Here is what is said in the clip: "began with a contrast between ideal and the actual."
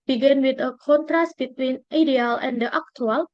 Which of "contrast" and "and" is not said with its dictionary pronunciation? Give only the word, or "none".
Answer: none